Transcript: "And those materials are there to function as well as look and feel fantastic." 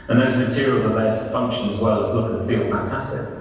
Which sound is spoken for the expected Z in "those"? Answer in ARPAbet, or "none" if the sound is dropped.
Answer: Z